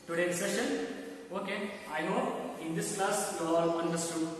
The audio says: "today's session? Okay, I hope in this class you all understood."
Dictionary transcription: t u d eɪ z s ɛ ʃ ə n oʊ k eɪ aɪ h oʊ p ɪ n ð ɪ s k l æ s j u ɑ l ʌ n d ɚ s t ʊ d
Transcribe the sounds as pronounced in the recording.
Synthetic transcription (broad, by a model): t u d eɪ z s ɛ ʃ ə n oʊ k eɪ aɪ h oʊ ɪ n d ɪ s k l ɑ s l ɑ l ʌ n d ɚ s t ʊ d